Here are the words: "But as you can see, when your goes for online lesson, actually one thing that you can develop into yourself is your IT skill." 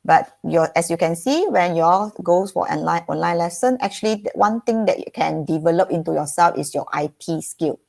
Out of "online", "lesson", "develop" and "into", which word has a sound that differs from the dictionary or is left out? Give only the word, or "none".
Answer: none